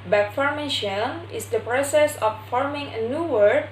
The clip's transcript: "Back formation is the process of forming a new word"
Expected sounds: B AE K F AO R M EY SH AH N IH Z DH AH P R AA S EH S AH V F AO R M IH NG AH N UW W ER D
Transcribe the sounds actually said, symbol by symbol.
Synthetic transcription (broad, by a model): B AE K F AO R M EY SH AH L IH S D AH P R AA S EH S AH F F AO R M IH NG AH N UW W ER